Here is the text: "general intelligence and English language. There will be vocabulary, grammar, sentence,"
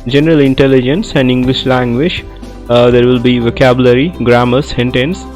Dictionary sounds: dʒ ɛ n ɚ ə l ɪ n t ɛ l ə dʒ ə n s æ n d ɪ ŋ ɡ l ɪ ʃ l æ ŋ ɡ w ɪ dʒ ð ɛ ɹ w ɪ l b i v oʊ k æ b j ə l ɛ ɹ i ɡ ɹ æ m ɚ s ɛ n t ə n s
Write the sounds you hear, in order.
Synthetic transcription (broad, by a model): dʒ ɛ n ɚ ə l ɪ n t ɛ l ə dʒ ə n s æ n d ɪ ŋ ɡ l ɪ ʃ l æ ŋ ɡ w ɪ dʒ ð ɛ ɹ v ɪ l b i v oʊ k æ b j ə l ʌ ɹ i ɡ ɹ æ m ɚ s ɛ n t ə n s